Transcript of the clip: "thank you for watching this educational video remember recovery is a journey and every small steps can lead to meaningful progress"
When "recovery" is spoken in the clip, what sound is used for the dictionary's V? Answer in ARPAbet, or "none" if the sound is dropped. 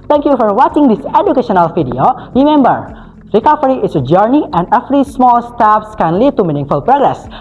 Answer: F